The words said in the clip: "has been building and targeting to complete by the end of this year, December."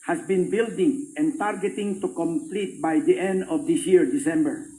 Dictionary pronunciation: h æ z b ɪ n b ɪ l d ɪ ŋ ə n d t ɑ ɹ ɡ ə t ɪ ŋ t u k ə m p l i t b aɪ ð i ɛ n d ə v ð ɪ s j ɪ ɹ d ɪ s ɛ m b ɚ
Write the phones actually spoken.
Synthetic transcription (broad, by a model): h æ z b ɪ n b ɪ l d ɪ ŋ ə n t ɑ ɹ ɡ ə t ɪ ŋ t u k ə m p l i t b aɪ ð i ɛ n d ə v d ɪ s j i ɹ d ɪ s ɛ m b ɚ